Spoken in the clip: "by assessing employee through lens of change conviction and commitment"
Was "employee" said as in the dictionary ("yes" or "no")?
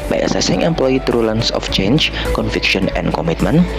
yes